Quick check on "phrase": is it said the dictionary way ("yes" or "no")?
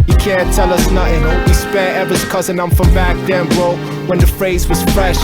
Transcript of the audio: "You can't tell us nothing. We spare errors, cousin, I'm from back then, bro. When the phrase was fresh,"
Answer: yes